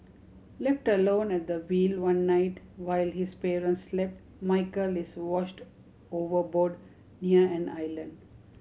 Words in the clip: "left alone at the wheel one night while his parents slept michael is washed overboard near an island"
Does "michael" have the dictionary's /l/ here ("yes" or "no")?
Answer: yes